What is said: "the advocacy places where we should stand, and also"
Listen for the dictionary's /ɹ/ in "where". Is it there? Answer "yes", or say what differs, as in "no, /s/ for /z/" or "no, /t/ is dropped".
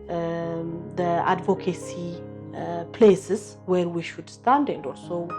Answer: yes